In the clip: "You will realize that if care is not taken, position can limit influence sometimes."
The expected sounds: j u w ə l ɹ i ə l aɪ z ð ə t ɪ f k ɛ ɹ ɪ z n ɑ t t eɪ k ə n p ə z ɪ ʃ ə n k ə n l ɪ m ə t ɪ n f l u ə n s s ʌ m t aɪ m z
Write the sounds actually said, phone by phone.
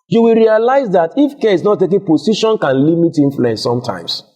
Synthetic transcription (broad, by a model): j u w ə l ɹ i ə l aɪ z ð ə t ɪ f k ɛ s n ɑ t t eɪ k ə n p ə s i ʃ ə n k ə n l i m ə t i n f l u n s s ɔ m t aɪ m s